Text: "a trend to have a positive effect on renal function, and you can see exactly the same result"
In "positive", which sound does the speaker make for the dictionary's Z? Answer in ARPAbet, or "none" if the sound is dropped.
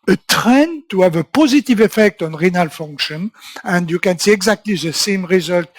Z